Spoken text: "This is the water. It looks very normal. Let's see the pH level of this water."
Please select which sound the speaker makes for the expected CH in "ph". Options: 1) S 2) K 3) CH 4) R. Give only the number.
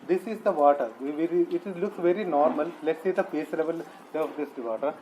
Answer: 1